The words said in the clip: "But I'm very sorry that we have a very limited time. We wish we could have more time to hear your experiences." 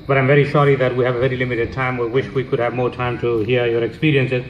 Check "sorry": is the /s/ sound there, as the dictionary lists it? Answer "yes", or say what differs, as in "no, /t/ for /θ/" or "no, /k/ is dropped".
no, /ʃ/ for /s/